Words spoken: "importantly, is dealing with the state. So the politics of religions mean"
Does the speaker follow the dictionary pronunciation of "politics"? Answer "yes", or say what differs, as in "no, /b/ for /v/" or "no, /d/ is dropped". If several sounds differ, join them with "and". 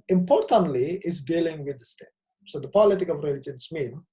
no, /s/ is dropped